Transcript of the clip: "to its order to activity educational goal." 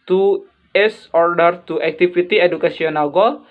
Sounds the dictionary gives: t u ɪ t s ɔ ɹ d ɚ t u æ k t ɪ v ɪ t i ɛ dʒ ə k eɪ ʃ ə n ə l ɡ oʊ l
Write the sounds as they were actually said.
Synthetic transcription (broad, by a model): t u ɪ s ɔ ɹ d ɚ t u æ k t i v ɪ t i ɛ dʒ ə k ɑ s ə n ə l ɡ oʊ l